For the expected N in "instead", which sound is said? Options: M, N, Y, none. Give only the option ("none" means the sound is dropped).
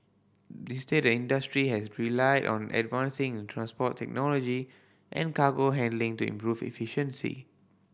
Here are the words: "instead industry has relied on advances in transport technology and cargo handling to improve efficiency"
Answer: none